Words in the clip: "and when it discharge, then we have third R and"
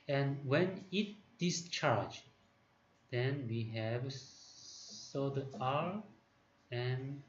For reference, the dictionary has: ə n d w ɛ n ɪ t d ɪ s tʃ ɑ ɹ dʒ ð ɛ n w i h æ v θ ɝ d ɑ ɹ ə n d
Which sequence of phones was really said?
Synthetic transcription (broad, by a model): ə n w ɛ n ɪ t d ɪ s tʃ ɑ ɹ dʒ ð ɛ n w i h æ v s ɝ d ɑ ɹ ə n